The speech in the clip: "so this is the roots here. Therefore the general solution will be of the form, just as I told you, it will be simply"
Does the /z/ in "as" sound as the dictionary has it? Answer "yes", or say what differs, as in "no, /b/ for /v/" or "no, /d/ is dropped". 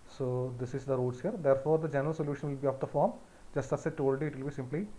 no, /s/ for /z/